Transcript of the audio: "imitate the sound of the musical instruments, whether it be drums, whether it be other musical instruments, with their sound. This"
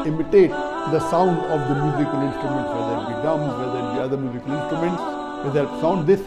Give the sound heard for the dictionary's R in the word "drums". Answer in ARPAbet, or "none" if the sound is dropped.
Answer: none